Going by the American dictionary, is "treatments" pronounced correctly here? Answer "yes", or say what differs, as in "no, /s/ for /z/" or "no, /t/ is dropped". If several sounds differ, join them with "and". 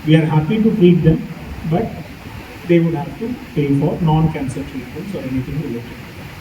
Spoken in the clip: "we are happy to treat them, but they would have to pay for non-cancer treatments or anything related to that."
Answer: no, /m/ is dropped